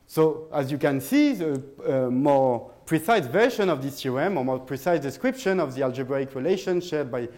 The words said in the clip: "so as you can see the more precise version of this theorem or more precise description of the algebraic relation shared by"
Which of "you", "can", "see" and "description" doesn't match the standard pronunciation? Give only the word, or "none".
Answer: none